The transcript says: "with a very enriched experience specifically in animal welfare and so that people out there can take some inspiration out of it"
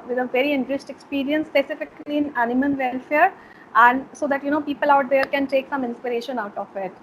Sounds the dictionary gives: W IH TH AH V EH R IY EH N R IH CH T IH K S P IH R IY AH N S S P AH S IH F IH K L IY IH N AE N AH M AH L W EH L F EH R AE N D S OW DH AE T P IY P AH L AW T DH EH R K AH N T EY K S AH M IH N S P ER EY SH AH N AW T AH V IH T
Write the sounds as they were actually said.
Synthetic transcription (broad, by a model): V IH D AH V EH R IY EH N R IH S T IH K S P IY R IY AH N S S P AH S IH F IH K L IY IH N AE N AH M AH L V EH L F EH R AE N D S OW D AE T P IY P AH L AW T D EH R K AH N T EY K S AH M IH N S P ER EY SH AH N AW T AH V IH T